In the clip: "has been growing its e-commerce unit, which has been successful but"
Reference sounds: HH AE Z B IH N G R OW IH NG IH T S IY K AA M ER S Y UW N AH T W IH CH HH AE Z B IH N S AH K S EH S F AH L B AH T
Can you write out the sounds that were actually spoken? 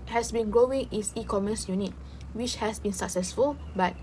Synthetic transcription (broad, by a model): HH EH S B IH N G R OW IH NG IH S IY K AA M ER S Y UW N AH T W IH CH HH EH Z B IH N S AH K S EH S F AH L B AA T